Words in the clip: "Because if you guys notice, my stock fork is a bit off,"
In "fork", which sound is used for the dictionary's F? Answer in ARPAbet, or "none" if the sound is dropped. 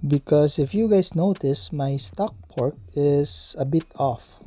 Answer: P